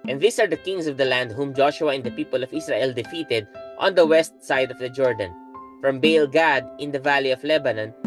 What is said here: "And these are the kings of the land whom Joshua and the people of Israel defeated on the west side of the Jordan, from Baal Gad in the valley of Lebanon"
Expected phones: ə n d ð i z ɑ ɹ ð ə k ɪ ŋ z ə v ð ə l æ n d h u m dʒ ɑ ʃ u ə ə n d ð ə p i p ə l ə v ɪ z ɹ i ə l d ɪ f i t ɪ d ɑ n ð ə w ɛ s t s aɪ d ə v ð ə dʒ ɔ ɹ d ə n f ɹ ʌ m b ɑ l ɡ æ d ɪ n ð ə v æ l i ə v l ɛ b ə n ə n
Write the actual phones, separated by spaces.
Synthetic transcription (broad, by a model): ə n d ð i s ɑ ɹ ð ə k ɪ ŋ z ə v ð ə l æ n d h u m dʒ ɑ ʃ u ə ə n d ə p i p ə l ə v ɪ s ɹ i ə l d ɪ f i t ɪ d ɑ n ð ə w ɛ s t s aɪ d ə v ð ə dʒ ɔ ɹ d ə n f ɹ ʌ m b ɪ l ɡ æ d ɪ n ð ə v æ l i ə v l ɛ b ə n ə n